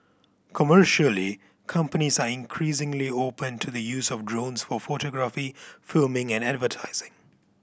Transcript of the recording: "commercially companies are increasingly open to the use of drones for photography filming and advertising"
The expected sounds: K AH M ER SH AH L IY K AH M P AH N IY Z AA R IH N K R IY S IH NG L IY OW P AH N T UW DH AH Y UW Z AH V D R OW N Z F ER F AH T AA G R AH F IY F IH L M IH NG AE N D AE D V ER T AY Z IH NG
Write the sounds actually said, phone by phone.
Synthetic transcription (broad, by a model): K AH M ER SH AH L IY K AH M P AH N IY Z AA R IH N K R IY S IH NG L IY OW P AH N T UW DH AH Y UW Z AH V D R OW N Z F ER F AH T AA G R AH F IY F IH L M IH NG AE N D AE D V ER T AY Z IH NG